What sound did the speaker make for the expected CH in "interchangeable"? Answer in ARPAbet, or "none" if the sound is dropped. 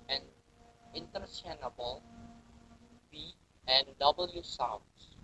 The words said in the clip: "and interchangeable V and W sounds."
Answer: S